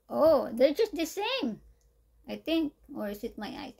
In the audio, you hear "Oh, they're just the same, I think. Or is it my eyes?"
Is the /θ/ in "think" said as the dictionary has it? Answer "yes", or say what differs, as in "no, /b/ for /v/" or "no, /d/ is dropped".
no, /t/ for /θ/